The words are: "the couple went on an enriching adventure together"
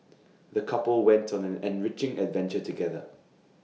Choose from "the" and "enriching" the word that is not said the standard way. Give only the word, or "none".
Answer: none